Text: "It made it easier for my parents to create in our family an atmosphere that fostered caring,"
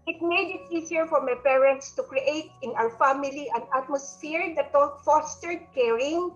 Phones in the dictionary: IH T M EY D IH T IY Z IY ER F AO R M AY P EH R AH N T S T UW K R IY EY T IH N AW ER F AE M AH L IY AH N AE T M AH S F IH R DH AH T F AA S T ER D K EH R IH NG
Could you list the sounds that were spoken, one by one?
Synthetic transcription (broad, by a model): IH T M EY D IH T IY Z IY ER F AO R M AY P EH R AH N T S T UW K R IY EY T IH N AW ER F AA M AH L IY AH N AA T M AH S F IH R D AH T F AA S T ER D K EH R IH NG